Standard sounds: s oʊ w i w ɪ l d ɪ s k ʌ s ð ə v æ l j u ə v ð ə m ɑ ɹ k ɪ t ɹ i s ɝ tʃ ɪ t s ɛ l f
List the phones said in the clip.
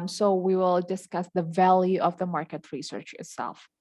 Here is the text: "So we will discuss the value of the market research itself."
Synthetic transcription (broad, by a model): s oʊ w i w ɪ l d ɪ s k ʌ s ð ə v æ l j u ə v ð ə m ɑ ɹ k ɪ t ɹ i s ɝ tʃ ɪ t s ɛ l f